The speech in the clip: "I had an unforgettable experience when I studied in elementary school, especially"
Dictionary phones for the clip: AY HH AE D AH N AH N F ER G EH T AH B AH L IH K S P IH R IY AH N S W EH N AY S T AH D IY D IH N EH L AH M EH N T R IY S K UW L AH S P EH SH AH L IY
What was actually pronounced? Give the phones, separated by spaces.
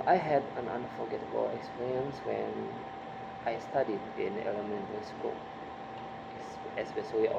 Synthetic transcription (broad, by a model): AY HH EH D AH N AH N F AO G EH T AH B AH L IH K S P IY R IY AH N S W EH N AY S T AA D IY D IH N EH L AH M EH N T IY S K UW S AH S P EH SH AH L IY